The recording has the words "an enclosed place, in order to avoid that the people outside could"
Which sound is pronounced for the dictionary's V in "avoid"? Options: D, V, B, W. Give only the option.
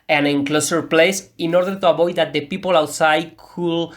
B